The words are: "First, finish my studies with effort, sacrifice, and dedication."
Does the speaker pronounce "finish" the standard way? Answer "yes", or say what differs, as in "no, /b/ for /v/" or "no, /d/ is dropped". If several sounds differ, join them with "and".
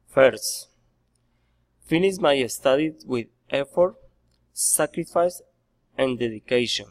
no, /s/ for /ʃ/